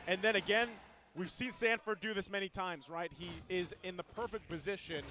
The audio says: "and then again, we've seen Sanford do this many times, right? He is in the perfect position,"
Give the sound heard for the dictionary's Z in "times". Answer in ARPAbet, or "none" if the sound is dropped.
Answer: Z